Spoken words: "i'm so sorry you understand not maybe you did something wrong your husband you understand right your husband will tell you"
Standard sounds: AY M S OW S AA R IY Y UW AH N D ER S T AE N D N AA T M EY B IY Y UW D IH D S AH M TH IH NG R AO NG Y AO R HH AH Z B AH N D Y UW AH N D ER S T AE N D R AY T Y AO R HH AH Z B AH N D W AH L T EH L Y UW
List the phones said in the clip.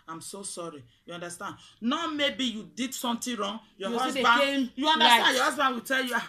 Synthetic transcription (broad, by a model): AY M S OW S AA R IY Y UW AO N D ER S T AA N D N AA M EY B IY Y UW D IH D S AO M T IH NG R AO NG Y AO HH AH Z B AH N Y UW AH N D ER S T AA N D Y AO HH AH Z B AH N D W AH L T EH L Y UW